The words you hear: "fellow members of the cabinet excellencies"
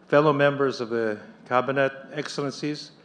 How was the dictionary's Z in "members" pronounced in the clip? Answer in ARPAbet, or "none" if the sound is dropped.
Z